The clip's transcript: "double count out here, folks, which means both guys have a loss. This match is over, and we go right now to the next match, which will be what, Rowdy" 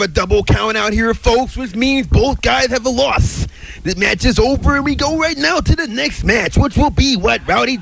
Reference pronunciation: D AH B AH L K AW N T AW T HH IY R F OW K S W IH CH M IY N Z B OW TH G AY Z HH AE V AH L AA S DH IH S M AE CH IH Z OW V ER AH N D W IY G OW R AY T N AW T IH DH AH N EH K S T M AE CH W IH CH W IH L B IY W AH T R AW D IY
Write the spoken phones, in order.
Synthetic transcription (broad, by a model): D AH B L K AW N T AW T HH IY R F OW K S W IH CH M IY N Z B OW TH G AY Z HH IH V AH L AA S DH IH M AE CH IH Z OW V ER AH N W IY G OW R AY T N AW T IH DH AH N EH K S T M AE CH W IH CH W IH L B IY W AH T R AW D IY